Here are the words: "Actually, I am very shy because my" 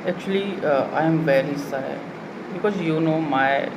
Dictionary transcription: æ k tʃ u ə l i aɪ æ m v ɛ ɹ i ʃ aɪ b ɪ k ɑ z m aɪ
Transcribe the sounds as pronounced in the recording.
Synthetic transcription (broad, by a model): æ k tʃ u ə l i aɪ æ m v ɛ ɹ i s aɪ b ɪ k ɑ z m aɪ